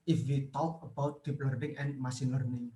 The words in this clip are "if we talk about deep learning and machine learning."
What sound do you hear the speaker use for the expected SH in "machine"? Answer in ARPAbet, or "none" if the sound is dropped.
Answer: S